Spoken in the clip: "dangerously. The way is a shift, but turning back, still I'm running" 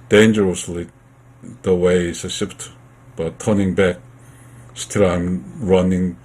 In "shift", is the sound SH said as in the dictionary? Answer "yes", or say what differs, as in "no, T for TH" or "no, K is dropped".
no, S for SH